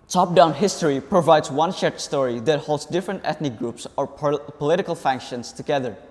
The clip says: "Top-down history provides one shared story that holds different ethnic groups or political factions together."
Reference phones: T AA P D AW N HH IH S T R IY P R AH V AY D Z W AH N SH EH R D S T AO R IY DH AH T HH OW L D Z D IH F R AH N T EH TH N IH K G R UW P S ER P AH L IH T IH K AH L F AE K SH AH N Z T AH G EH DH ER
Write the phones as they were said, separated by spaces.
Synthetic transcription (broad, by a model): T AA P D AW N HH IH S T R IY P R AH V AY D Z W AH N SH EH R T S T AO R IY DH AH T HH OW L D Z D IH F R AH N T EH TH N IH K G R UW P S ER P AH L IH T IH K AH L F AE K SH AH N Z T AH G EH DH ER